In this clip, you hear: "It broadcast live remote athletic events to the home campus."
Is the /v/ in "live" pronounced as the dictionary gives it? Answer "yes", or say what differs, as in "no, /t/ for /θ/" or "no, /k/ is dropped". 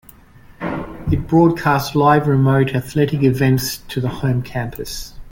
yes